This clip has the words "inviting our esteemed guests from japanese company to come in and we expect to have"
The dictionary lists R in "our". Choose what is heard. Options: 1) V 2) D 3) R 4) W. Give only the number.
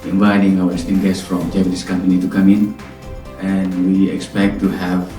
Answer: 4